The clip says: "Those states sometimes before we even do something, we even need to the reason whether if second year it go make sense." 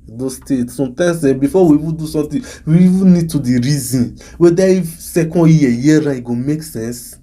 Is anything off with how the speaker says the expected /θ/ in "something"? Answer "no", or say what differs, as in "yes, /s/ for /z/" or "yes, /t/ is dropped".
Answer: yes, /t/ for /θ/